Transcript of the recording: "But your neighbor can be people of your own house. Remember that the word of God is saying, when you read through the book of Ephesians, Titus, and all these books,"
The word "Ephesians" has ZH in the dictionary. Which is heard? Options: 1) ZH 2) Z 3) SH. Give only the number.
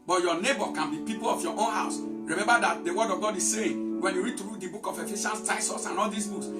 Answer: 3